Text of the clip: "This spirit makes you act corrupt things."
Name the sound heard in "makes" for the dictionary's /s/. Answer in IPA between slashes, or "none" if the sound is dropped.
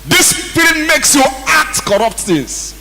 /s/